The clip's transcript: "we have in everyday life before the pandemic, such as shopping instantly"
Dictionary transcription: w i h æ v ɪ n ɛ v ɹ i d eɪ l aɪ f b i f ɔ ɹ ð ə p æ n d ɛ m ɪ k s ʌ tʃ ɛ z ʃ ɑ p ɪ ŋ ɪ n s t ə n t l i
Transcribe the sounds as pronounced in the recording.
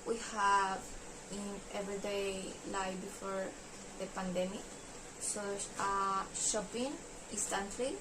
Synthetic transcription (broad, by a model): w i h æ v ɪ n ɛ v ɹ i d eɪ l aɪ b i f ɔ ɹ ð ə p æ n d ɛ m ɪ k s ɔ ɑ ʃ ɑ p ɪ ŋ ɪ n s t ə n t l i